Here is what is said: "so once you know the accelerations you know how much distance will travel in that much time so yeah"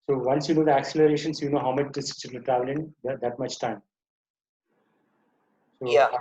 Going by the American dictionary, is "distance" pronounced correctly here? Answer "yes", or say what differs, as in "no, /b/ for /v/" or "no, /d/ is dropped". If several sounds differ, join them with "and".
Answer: no, /s/ is dropped and /n/ is dropped